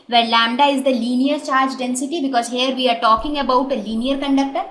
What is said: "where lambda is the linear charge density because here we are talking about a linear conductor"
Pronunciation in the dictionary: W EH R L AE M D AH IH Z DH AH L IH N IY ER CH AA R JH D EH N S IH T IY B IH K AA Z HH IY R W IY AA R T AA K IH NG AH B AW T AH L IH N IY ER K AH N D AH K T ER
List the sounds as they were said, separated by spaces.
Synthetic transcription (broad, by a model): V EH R L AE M D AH IH Z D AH L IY N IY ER CH AA R JH D EH N S IH T IY B IH K AA Z HH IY R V IY AA R T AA K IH NG AH B AW T AH L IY N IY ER K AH N D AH K T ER